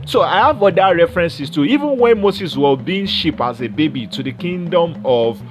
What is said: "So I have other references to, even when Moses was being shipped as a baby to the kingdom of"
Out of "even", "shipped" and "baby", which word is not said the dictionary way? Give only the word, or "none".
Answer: shipped